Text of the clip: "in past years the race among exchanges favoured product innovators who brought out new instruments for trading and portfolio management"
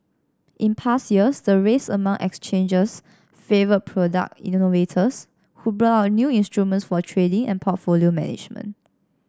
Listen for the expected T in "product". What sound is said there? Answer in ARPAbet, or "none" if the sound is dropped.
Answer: none